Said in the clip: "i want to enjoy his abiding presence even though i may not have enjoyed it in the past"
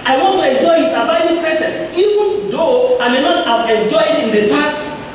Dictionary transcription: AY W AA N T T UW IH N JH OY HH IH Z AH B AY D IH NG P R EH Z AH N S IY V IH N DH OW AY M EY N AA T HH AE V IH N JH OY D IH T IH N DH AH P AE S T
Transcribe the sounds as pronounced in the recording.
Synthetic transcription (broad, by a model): AY W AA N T T UW IH N JH OY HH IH S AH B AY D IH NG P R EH S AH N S IY V IH N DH OW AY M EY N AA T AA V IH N JH OY IH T IH N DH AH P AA S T